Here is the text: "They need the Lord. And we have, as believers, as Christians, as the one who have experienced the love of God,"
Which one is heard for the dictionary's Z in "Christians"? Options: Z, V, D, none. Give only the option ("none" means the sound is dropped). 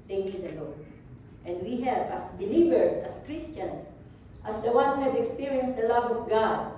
none